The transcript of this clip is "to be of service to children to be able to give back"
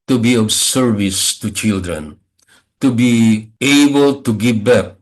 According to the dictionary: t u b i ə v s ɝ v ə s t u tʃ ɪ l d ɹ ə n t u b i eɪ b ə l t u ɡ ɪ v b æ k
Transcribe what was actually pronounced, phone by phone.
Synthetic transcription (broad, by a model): t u b i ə b s ɝ v ə s t u tʃ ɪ l d ɹ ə n t u b i eɪ b ə l t u ɡ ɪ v b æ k